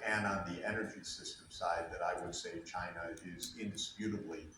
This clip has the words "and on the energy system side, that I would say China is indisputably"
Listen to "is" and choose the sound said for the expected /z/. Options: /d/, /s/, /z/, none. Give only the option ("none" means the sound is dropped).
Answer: /z/